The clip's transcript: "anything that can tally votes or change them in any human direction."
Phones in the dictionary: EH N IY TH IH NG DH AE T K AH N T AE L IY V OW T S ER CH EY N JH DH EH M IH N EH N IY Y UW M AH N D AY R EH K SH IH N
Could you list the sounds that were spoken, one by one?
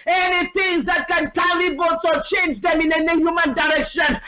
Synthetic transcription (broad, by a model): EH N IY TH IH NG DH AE T K AH N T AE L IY B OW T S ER CH EY N JH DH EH M IH N EH N IY Y UW M AH N D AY R EH K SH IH N